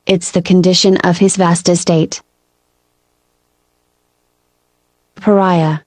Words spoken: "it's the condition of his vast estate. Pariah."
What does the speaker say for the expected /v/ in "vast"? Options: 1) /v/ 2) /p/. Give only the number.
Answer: 1